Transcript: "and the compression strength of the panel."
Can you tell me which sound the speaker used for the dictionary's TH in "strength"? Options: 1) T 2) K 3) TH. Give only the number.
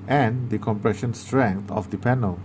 1